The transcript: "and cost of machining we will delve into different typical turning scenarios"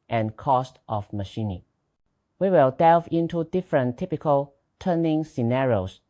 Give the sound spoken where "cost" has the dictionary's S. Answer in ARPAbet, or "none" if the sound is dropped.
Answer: S